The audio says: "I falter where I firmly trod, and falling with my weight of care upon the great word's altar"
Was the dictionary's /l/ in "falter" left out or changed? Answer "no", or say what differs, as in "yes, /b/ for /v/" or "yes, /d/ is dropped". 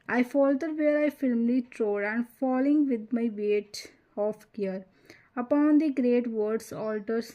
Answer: no